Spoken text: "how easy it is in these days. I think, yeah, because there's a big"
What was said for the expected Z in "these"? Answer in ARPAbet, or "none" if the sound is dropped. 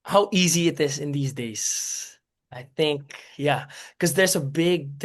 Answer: Z